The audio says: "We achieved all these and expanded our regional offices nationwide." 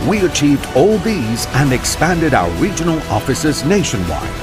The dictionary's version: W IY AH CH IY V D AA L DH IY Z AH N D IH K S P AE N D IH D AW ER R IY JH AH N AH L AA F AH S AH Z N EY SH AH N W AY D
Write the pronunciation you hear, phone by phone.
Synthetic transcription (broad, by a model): W IY AH CH IY V D AA L DH IY Z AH N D IH K S P AE N D IH D AW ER R IY JH AH N AH L AA F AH S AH Z N EY SH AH N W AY